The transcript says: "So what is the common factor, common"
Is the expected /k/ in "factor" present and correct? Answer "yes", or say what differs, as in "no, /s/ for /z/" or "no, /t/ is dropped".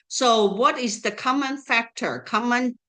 yes